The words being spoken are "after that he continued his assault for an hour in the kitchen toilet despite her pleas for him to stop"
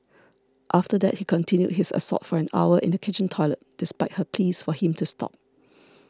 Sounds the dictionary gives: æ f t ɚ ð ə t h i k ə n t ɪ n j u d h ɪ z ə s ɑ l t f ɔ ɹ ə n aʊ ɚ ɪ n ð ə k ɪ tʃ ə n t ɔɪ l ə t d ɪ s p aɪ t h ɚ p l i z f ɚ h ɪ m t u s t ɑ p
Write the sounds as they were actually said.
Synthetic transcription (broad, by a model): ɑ f t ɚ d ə t h i k ə n t ɪ n j u d h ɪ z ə s ɑ t f ɔ ɹ ə n aʊ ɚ ɪ n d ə k ɪ tʃ ə n t ɔɪ l ə t d ɪ s p aɪ t h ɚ p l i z f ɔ h ɪ m t u s t ɑ p